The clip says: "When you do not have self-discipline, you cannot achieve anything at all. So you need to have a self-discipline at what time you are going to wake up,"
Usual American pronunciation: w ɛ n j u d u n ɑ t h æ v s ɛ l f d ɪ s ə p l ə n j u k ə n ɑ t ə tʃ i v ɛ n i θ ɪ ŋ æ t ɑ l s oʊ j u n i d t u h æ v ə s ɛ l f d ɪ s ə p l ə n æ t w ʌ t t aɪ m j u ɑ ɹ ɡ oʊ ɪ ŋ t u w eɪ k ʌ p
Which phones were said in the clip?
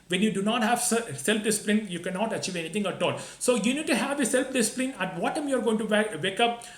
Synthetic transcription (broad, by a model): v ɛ n j u d u n ɑ t h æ v s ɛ l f d ɪ s ə p l ə n j u k ə n ɑ t ə tʃ i v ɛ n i t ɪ ŋ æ t ɑ l s oʊ j u n i d t u h æ v ə s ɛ l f d ɪ s ə p l ə n æ t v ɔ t t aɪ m j u ɑ ɹ ɡ oʊ ɪ ŋ t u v eɪ k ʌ p